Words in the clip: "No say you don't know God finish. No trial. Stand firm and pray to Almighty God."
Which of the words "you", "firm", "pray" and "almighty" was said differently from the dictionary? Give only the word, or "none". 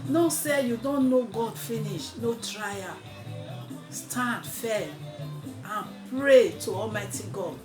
firm